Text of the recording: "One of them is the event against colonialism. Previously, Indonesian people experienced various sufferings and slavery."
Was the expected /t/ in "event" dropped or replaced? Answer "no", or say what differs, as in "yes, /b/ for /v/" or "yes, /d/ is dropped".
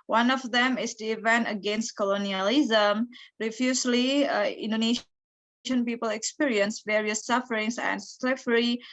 no